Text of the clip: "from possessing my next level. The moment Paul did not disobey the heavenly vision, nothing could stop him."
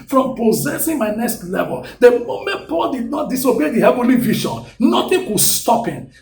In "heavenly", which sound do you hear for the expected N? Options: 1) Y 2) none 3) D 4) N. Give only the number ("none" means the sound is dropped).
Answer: 4